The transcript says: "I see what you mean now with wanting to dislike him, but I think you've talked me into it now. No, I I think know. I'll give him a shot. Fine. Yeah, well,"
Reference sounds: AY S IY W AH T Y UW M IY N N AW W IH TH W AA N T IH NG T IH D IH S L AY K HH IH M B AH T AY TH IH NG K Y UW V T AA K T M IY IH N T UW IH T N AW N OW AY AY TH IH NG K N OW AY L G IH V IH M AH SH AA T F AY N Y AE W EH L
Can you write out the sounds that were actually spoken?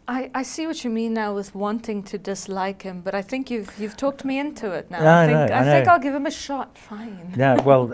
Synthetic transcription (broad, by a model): AY S IY W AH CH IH M IY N N AW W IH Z W AA N T IH NG T IH D IH S L AY K HH IH M B AH T AY TH IH NG K Y UW V T AA K T M IY IH N T UW IH T N AW N OW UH AY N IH K AY L G IH V IH M AH SH AA T F AY N Y AE W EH L